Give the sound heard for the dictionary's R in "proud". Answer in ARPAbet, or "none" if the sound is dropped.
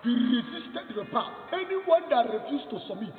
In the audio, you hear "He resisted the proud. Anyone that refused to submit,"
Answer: none